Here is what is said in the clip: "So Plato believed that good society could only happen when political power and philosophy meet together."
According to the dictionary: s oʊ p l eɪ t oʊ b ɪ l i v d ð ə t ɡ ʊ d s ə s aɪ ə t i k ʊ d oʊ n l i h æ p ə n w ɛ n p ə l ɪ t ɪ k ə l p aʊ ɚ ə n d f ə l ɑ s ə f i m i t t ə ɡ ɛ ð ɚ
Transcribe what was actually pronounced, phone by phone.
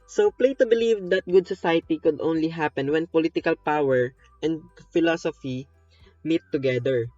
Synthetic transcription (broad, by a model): s oʊ p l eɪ t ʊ b ɪ l i v d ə t ɡ ʊ d s ə s aɪ ə t i k ʊ d oʊ n l i h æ p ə n w ɛ n p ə l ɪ t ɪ k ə l p aʊ ɚ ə n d f ə l ɑ s ə f i m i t t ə ɡ ɛ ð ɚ